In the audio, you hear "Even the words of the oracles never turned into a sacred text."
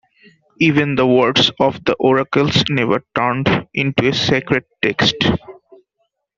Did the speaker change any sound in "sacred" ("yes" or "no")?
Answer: no